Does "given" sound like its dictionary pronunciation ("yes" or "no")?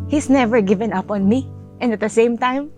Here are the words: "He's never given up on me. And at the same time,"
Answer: yes